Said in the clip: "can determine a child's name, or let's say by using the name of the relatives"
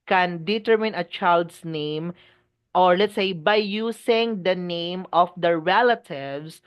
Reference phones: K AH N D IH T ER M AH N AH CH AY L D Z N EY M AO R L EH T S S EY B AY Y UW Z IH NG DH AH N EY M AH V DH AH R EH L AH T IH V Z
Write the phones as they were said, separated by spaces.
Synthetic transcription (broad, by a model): K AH N D IH T ER M AH N AH CH AY L D S N EY M AO R L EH T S S EY B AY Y UW S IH NG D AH N EY M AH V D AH R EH L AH T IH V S